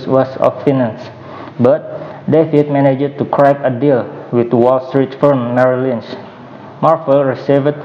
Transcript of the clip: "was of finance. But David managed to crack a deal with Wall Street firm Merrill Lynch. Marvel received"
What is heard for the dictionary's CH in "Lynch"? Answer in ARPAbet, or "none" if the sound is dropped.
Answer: S